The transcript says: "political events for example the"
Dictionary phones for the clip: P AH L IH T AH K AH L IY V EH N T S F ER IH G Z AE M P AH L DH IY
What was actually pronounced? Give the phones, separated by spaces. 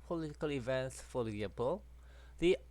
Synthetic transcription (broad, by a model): P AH L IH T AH K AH L IY V EH N T S F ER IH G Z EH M P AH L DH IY